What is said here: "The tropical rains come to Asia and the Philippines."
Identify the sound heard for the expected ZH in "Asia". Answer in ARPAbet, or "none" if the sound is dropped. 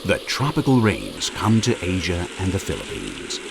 ZH